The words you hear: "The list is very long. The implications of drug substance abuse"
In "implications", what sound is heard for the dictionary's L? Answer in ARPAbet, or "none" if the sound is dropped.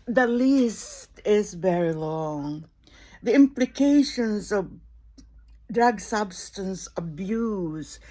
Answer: L